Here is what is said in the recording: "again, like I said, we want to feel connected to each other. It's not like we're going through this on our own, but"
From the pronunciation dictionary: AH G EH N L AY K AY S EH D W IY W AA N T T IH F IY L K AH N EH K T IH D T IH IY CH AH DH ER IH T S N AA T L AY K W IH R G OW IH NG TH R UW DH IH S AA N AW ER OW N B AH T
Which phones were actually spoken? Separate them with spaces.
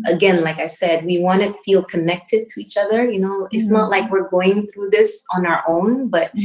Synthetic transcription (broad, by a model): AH G EH N L AY K AY S EH D W IY W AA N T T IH F IY L K AH N EH K T IH D T IH IY CH AH DH ER IH T S N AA T L AY K W IH R G OW IH NG TH R UW DH IH S N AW ER OW N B AH T